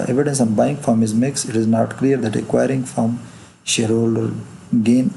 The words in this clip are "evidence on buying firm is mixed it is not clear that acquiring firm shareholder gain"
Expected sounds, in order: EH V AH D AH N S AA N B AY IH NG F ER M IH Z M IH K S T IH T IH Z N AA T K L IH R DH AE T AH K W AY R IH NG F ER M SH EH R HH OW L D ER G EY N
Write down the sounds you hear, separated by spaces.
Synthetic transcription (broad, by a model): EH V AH D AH N S AA N B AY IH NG F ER M IH Z M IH K S IH T IH Z N AA T K L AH R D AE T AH K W AY R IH NG F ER M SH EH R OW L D G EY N